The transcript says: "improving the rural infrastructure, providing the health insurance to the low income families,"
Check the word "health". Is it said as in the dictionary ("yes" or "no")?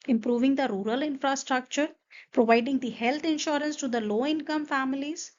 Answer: no